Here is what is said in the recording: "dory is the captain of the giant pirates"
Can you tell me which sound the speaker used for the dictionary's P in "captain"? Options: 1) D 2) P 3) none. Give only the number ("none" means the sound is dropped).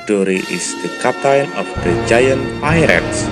3